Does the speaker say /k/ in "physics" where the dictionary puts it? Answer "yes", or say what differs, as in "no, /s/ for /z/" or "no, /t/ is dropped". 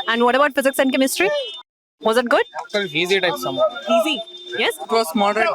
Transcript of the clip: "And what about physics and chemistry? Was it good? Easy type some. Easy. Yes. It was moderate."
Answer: yes